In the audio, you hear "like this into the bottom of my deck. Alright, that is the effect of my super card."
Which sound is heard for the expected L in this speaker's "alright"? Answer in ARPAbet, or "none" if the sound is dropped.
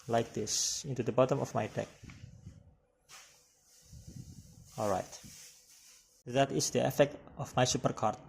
L